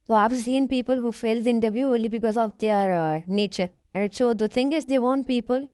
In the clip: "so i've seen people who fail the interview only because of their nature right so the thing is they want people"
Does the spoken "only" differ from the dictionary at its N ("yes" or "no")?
yes